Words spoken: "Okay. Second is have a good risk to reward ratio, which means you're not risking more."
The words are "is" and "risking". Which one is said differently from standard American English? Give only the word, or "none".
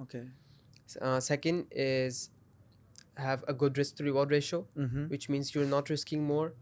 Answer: none